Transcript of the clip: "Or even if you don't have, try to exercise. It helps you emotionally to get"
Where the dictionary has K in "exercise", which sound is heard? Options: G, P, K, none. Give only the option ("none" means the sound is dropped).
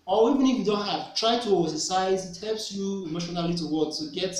none